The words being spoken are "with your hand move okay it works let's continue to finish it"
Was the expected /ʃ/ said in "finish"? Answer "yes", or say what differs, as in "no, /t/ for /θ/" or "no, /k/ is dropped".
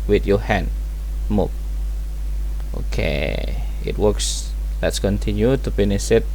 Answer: no, /s/ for /ʃ/